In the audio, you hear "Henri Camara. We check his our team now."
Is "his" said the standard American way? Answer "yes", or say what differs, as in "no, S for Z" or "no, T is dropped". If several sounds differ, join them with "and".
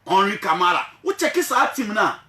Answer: no, S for Z